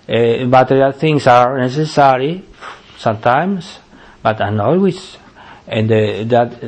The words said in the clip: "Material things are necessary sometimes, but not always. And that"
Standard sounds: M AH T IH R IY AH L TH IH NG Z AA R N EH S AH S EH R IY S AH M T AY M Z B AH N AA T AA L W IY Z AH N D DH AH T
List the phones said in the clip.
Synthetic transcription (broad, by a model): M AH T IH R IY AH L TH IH NG S AA R N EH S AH S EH R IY S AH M T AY M S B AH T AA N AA L W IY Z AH N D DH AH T